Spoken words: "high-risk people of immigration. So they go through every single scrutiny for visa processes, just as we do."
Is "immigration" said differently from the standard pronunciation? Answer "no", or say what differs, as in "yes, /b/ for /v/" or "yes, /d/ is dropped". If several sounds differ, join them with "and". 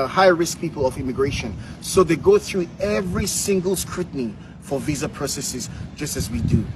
no